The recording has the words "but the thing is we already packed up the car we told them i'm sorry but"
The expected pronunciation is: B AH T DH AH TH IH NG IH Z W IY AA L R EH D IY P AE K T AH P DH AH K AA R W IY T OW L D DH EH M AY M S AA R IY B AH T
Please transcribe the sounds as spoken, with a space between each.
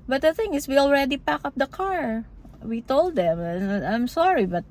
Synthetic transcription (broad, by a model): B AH T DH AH TH IH NG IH S W IY AA L R EH D IY P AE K AH P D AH K AA R W IY T OW L D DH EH M AY M S AA R IY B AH T